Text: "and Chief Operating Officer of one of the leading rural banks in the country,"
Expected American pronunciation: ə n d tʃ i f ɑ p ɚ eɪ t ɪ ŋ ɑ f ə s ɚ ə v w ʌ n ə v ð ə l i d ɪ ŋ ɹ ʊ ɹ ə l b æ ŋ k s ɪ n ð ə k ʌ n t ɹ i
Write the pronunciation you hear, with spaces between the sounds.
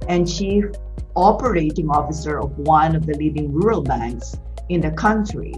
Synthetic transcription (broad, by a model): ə n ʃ i ɑ p ɚ eɪ t ɪ ŋ ɑ f ə s ɚ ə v w ʌ n ə v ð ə l i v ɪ ŋ ɹ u ɹ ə l b æ ŋ k s ɪ n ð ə k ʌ n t ɹ i